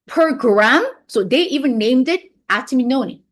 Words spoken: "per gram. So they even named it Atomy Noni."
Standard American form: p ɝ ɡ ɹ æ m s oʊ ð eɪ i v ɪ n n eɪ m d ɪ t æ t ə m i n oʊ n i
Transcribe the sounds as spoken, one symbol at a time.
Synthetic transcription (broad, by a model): p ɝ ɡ ɹ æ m s oʊ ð eɪ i v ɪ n n eɪ m d ɪ t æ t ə m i n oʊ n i